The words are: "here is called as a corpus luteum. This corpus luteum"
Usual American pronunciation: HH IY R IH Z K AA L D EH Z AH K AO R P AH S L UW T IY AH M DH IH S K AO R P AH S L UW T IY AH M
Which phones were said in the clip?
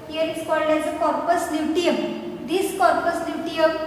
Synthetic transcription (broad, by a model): HH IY R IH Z K AA L D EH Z AH K AO R P AH S N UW T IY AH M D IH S K AO R P AH S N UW T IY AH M